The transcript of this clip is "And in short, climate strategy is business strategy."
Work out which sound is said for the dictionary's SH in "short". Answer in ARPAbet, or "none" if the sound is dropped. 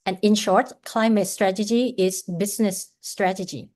SH